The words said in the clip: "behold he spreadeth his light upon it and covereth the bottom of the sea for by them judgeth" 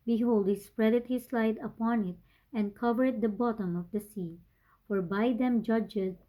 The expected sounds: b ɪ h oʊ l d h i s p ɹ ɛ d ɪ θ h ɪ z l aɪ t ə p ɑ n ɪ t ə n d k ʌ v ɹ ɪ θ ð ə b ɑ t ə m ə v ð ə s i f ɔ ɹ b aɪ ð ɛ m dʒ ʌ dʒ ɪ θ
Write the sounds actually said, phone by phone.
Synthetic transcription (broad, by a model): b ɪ h oʊ l d h i s p ɹ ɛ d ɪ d h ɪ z l aɪ t ə p ɑ n ɪ t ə n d k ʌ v ɪ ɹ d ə b ɑ t ə m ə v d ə s i f ɔ ɹ b aɪ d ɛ m dʒ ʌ dʒ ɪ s